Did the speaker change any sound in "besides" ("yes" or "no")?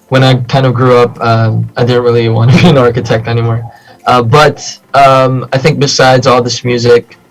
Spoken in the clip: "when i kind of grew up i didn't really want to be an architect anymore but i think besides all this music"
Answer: no